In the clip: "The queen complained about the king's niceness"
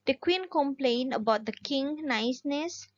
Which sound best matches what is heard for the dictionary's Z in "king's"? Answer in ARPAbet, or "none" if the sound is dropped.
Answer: none